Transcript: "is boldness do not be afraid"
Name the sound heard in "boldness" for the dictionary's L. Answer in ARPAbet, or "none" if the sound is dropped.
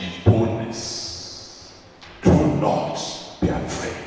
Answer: none